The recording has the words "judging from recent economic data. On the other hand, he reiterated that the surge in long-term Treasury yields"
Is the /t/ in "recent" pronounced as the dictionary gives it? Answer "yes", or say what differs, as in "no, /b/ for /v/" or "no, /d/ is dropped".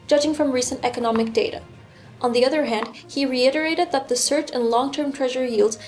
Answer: yes